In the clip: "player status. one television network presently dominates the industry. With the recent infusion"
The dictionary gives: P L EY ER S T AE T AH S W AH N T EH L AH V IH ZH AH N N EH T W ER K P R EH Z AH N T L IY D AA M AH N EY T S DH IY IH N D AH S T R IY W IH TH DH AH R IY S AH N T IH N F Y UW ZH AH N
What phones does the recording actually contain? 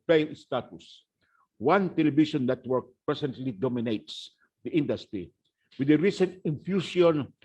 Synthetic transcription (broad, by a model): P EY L S T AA T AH S W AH N T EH L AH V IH SH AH N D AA T W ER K P R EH S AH N T L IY D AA M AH N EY T S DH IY IH N D AH S T R IY W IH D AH R IY S AH N T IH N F Y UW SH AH N